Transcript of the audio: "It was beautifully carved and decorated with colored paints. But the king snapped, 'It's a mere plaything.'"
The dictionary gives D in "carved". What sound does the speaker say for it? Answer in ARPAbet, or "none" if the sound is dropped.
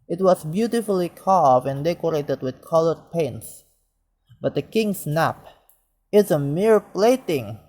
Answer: none